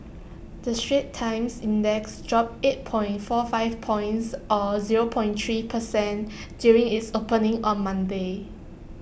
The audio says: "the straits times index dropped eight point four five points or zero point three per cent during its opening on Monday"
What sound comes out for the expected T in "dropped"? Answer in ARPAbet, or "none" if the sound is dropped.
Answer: none